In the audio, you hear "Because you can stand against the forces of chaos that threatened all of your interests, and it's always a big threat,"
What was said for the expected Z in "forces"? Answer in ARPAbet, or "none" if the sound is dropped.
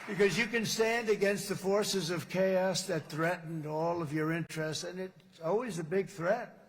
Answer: Z